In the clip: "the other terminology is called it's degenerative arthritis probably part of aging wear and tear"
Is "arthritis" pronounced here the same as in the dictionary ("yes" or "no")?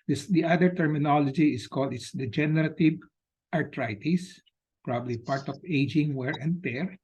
no